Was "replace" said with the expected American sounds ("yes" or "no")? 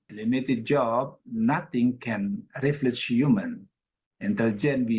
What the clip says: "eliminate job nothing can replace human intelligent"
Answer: no